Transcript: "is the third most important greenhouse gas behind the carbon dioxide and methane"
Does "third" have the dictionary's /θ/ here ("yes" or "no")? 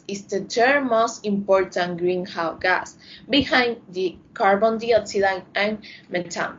no